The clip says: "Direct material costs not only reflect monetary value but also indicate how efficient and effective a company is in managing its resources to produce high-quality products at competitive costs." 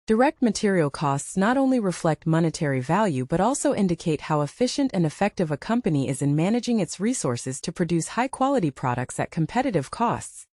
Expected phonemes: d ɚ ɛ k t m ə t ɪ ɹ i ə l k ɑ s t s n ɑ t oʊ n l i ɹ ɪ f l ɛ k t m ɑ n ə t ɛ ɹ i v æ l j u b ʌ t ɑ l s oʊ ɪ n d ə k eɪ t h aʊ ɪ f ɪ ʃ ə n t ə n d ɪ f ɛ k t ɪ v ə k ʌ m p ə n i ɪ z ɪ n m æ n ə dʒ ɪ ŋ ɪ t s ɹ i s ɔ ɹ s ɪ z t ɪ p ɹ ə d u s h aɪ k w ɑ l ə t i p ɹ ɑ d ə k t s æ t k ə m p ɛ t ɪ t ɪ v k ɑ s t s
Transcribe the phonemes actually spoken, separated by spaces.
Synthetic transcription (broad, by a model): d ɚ ɛ k t m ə t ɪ ɹ i l k ɑ s t s n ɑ t oʊ n l i ɹ ɪ f l ɛ k t m ɑ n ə t ɛ ɹ i v æ l j u b ʌ t ɑ l s oʊ ɪ n d ə k eɪ t h aʊ ɪ f ɪ ʃ ə n t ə n ɪ f ɛ k t ɪ v ə k ʌ m p ə n i ɪ z ɪ n m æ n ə dʒ ɪ ŋ ɪ t s ɹ i s ɔ ɹ s ɪ z t ɪ p ɹ ə d u s h aɪ k w ɑ l ə t i p ɹ ɑ d ə k t s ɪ t k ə m p ɛ t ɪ t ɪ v k ɑ s t s